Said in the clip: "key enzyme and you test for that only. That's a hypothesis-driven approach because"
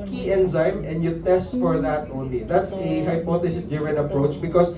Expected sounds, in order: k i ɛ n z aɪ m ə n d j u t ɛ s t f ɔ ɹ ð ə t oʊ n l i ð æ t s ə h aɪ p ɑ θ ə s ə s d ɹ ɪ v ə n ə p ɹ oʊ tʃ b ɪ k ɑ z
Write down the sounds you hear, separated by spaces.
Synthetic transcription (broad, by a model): k i ɛ n z aɪ m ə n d j u t ɛ s t f ɔ ɹ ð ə t oʊ n l i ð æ t s ə h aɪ p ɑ t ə s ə s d ɪ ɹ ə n ə p ɹ oʊ tʃ b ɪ k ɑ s